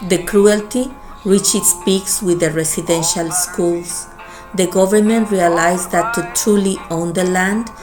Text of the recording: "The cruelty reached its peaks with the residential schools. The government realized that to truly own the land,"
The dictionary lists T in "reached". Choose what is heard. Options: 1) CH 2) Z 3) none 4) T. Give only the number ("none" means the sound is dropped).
3